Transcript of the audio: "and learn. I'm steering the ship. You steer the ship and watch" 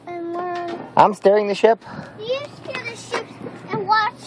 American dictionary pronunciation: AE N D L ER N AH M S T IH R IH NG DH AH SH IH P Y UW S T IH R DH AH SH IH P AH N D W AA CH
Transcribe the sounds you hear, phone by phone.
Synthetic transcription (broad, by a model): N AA AH M S T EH R IH NG DH AH SH IH P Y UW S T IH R DH AH SH IH P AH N W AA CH